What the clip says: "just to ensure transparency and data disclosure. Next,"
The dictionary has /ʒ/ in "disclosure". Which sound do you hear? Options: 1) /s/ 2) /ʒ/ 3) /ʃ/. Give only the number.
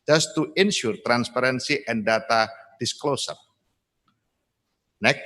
1